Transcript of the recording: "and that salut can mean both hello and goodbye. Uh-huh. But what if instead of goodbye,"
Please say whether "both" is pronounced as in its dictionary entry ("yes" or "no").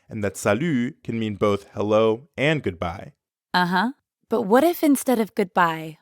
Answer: yes